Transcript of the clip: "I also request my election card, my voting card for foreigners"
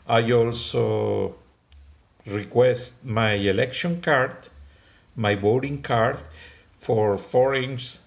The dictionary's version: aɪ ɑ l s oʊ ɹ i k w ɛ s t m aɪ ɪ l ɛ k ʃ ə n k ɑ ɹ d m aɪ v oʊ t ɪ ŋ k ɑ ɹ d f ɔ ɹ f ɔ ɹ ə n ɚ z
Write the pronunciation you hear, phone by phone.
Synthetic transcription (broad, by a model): aɪ ɑ l s oʊ ɹ i k w ɛ s t m aɪ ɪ l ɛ k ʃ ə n k ɑ ɹ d m aɪ b oʊ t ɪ ŋ k ɑ ɹ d f ɔ ɹ f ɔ ɹ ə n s